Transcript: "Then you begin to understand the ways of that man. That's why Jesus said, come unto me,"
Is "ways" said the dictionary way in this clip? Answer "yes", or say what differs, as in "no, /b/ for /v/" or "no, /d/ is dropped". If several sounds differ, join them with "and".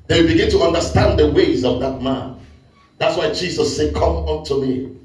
yes